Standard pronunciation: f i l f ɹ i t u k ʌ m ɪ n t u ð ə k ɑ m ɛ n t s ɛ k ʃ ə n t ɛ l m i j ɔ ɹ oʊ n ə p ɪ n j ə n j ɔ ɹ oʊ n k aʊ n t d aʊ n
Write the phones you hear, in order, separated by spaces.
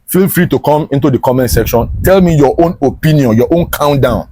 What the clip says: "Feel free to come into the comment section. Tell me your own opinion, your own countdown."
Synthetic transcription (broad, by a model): f i l f ɹ i t u k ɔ m ɪ n t u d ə k ɑ m ɛ n t s ɛ k ʃ ə n t ɛ l m i j ɔ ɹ oʊ n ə p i n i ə n j ɔ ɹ oʊ n k aʊ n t d aʊ n